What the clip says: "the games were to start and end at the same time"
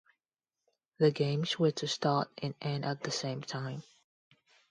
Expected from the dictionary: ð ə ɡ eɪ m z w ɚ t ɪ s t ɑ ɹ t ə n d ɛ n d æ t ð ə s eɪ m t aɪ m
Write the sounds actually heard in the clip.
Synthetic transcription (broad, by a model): ð ə ɡ eɪ m z w ɚ t ɪ s t ɑ ɹ t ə n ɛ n æ t ð ə s eɪ m t aɪ m